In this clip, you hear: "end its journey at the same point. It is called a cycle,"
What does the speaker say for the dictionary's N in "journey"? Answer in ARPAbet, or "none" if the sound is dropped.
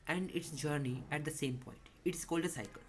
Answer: N